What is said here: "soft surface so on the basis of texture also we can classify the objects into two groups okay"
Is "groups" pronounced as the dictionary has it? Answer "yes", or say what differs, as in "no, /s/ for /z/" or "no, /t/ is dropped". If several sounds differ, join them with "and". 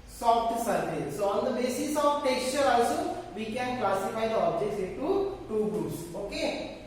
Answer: no, /p/ is dropped